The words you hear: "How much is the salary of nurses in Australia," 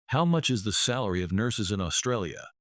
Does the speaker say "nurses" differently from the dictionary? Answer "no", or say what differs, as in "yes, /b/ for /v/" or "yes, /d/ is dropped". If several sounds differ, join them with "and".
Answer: no